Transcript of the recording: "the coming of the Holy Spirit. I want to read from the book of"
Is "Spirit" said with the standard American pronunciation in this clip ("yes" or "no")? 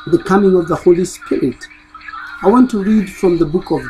yes